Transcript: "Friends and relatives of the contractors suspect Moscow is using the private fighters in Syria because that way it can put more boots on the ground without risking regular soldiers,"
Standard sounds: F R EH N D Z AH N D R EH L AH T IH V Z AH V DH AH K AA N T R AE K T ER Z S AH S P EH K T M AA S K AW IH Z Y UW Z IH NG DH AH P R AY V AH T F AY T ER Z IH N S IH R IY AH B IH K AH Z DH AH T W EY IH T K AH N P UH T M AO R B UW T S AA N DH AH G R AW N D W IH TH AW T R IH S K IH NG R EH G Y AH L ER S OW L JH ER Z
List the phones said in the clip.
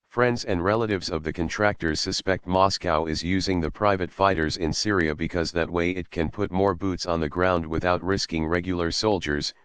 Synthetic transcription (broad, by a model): F R EH N D Z AH N D R EH L AH T IH V Z AH V DH AH K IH N T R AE K T ER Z S AH S P EH K T M AA S K AW IH Z Y UW Z IH NG DH AH P R AY V AH T F AY T ER Z IH N S IH R IY AH B IH K AH Z DH AH T W EY IH T K AH N P UH T M AO R B UW T S N DH AH G R AW N D W IH TH AW T R IH S K IH NG R EH G Y L ER S OW L JH ER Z